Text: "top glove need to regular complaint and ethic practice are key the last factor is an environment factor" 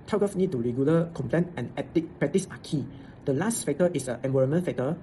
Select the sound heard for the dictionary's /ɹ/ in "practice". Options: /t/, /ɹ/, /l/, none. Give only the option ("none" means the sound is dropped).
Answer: none